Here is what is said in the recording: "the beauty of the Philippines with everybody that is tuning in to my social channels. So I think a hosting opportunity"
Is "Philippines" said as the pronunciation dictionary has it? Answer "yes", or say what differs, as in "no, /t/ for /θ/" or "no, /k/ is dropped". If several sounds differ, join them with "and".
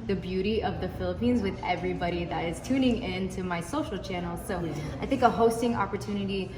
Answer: yes